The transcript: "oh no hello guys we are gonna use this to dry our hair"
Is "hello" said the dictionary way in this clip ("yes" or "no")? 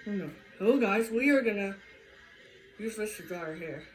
no